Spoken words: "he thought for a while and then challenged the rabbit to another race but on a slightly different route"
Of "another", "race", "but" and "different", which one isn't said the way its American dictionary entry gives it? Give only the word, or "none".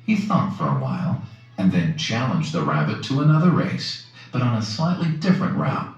none